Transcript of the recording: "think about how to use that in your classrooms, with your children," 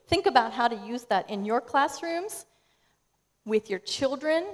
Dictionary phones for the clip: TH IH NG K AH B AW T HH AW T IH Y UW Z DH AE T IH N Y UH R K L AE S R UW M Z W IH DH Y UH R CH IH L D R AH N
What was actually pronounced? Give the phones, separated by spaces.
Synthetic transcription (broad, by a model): TH IH NG K AH B AW T HH AW T IH Y UW Z DH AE T IH N Y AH R K L AE S R UW M Z W IH DH Y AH R CH IH L D R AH N